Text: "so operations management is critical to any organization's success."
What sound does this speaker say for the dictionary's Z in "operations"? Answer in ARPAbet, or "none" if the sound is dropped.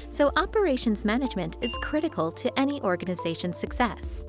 Z